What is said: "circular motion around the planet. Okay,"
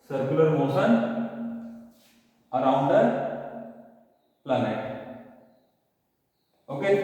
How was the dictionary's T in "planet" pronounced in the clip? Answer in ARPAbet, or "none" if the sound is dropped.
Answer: none